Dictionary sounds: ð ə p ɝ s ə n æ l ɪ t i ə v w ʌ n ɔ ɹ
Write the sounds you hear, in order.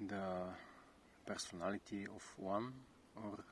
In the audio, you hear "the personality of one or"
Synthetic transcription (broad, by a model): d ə p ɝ s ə n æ l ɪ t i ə f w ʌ n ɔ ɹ